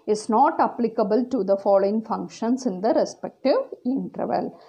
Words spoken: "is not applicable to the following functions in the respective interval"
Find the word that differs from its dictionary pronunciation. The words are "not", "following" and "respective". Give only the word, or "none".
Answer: none